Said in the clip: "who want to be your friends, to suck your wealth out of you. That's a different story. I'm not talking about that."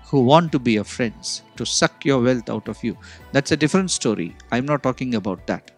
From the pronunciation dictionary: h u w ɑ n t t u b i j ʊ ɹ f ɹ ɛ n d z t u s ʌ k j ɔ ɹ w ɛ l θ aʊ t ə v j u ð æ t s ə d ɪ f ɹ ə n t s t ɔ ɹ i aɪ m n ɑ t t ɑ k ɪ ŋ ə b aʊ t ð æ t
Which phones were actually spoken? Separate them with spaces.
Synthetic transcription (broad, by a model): h u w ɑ n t t u b i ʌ f ɹ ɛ n d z t u s ʌ k j ɔ ɹ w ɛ l t aʊ t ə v j u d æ t s ə d ɪ f ɹ ə n t s t ɔ ɹ i aɪ m n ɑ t t ɑ k ɪ ŋ ə b aʊ t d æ t